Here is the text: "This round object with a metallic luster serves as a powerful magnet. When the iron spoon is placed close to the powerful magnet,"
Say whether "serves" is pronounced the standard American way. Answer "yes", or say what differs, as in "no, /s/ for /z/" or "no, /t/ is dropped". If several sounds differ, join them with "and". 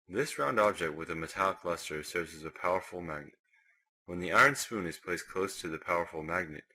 yes